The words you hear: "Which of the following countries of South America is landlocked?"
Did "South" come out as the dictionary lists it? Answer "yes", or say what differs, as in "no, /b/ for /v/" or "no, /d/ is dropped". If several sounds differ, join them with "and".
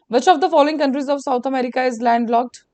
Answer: no, /t/ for /θ/